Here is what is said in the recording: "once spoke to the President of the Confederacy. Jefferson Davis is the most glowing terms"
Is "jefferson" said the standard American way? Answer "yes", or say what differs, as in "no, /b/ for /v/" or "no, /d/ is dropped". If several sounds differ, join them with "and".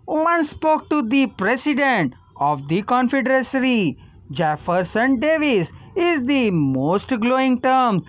yes